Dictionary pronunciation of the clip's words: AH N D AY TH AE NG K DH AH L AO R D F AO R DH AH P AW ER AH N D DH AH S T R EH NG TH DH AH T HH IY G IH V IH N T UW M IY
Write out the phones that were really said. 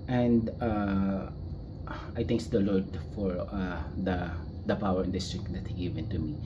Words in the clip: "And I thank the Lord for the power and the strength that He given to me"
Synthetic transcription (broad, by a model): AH N D AY T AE NG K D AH L AO R D F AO R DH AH P AW ER AH N D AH S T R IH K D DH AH T HH IY G IH V IH N T UW M IY